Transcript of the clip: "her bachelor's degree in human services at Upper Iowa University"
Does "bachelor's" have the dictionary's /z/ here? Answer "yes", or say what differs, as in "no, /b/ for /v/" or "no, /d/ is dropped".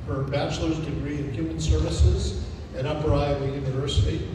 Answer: yes